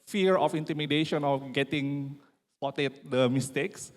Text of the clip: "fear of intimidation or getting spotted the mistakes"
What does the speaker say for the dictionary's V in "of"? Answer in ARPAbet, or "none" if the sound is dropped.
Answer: F